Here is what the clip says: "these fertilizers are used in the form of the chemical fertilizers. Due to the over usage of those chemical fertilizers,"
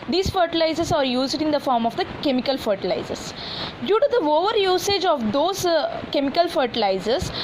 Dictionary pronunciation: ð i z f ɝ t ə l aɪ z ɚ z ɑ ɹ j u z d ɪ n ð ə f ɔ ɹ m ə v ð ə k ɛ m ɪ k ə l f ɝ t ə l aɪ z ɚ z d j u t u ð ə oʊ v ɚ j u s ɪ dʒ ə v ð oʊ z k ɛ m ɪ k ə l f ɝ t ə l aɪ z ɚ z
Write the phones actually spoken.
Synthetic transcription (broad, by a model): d i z f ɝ t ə l aɪ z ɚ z ɑ ɹ j u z d ɪ n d ə f ɔ ɹ m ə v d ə k ɛ m ɪ k ə l f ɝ t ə l aɪ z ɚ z d j u t u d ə oʊ v ɚ j u s ɪ dʒ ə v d oʊ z k ɛ m ɪ k ə l f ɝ t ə l aɪ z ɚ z